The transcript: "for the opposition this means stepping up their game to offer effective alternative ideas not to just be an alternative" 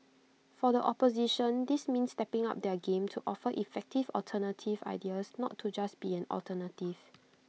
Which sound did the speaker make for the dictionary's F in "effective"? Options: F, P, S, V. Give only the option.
F